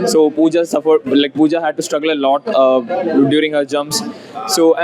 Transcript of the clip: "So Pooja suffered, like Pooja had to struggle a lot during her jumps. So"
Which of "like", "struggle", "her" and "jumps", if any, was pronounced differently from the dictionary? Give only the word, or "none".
jumps